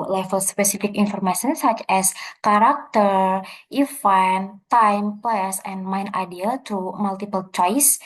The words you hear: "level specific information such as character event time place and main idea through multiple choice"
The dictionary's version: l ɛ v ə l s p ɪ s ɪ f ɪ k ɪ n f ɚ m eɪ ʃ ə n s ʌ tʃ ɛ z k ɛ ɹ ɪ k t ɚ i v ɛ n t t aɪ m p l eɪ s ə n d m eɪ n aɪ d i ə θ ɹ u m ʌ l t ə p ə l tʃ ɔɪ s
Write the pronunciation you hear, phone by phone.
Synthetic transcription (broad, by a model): l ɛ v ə l s p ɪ s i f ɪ k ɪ n f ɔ m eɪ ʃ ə n s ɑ tʃ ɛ s k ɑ ɹ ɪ k t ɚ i f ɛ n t t aɪ m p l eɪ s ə n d m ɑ n aɪ d i ə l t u m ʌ l t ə p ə l tʃ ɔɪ s